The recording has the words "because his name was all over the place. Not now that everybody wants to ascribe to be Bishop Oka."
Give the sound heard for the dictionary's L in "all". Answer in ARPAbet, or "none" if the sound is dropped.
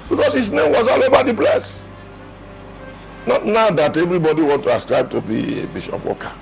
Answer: L